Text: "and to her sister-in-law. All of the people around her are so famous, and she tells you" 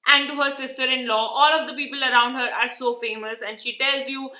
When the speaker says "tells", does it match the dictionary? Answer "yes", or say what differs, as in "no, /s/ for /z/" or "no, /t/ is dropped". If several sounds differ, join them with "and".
yes